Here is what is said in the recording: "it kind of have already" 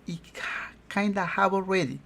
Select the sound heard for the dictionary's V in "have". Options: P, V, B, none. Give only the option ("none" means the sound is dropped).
B